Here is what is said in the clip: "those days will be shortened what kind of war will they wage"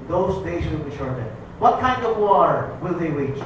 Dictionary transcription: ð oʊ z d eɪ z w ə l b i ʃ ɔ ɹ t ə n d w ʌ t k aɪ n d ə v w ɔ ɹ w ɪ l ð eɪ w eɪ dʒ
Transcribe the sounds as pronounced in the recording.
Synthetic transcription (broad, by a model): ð oʊ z d eɪ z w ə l b i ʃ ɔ ɹ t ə d w ʌ t k aɪ n d ə v w ɔ ɹ w ɪ l ð eɪ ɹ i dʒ